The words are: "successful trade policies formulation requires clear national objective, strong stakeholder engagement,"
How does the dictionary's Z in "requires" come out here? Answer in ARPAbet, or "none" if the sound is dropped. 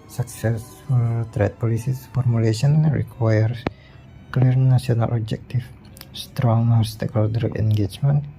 none